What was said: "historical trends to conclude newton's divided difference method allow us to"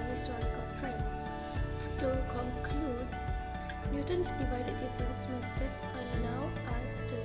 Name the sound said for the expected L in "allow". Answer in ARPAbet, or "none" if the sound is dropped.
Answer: N